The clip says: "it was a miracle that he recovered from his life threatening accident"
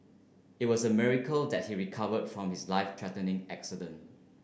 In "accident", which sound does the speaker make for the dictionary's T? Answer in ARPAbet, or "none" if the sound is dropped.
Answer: T